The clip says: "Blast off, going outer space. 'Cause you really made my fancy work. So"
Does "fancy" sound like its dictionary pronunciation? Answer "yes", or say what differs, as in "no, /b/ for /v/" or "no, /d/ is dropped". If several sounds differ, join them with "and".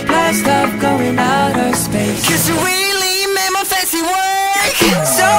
no, /n/ is dropped